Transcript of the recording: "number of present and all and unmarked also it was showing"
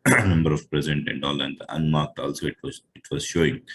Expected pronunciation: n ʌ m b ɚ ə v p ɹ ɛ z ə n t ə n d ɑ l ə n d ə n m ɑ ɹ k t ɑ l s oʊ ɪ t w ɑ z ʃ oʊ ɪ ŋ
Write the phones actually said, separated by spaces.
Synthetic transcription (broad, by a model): n ʌ m b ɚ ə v p ɹ ɛ z ə n t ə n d ɑ l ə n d ə n m ɑ ɹ k t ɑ l s oʊ ɪ t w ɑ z ʃ oʊ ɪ ŋ